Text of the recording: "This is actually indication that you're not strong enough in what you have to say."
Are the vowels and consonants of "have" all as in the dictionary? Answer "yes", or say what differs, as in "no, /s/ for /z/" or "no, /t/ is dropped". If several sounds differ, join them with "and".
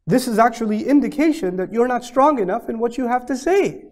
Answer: no, /f/ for /v/